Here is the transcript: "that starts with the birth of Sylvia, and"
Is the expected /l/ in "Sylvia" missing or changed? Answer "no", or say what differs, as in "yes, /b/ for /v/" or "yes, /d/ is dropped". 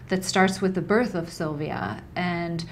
no